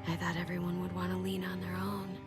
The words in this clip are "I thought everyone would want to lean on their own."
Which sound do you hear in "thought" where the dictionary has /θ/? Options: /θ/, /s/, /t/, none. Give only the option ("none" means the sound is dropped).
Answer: /θ/